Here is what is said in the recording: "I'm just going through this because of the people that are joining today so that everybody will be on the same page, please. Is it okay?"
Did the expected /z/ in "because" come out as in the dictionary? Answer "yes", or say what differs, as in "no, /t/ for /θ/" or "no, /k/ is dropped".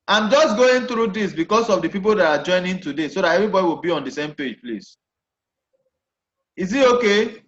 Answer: no, /s/ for /z/